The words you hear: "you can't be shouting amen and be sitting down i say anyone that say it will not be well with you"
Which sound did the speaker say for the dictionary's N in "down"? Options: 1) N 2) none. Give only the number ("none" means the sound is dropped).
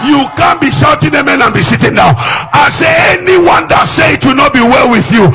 2